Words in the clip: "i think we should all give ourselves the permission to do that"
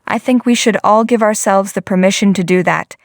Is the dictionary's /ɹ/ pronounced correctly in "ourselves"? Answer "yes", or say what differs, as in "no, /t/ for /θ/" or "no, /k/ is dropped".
yes